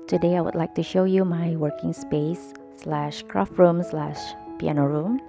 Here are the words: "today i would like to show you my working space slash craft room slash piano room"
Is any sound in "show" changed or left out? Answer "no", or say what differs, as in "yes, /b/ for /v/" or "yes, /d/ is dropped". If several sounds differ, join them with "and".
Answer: no